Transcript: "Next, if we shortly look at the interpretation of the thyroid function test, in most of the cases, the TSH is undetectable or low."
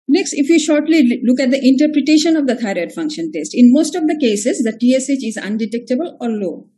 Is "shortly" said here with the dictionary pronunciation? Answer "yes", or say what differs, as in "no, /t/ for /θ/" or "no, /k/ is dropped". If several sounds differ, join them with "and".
yes